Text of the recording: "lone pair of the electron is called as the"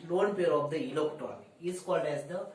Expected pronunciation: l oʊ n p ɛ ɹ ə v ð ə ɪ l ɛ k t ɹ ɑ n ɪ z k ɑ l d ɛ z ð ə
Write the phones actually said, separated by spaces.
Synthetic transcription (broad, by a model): l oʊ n p ɛ ɹ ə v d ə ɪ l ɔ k t ɑ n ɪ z k ɑ l d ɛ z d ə